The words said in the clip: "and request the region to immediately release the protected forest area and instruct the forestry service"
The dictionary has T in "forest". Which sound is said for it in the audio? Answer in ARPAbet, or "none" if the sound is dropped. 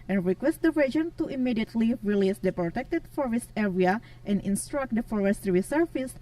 T